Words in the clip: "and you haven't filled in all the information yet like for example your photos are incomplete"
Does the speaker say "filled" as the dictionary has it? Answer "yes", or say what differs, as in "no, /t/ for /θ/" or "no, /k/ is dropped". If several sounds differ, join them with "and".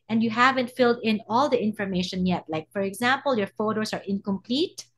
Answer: yes